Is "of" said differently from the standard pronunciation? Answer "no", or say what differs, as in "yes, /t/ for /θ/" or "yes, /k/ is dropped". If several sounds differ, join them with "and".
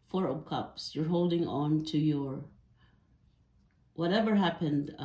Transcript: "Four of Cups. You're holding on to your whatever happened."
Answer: yes, /p/ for /v/